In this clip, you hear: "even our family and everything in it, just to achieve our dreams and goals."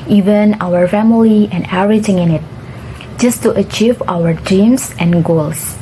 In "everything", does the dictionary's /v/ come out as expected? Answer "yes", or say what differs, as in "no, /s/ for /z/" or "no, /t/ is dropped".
no, /v/ is dropped